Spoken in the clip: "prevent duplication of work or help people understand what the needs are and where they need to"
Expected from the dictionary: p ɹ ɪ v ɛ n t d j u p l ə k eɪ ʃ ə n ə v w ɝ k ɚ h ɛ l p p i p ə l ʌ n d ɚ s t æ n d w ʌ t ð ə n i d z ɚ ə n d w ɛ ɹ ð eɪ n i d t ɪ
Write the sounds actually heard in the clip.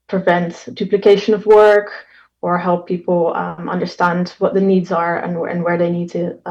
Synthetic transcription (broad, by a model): p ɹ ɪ v ɛ n t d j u p l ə k eɪ ʃ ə n ə v w ɝ k ɚ h ɛ l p p i p l ʌ n d ɚ s t æ n d w ʌ t ð ə n i d z ɚ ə n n w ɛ ɹ ð eɪ n i d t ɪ